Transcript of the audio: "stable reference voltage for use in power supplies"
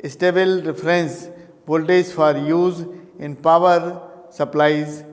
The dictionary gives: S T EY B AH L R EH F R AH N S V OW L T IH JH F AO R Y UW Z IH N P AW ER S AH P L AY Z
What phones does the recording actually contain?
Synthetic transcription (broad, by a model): S T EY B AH L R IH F R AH N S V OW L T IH Z F AO R Y UW Z IH N P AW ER S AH P L AY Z